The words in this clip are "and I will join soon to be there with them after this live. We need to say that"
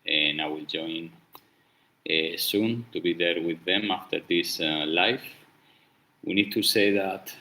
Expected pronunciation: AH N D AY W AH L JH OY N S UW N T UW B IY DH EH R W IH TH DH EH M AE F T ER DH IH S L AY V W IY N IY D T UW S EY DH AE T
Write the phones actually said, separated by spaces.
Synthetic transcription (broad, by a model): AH N AY W AH L JH OY N S UW N T UW B IY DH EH R W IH DH EH M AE F T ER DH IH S L AY F W IY N IY D T UW S EY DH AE T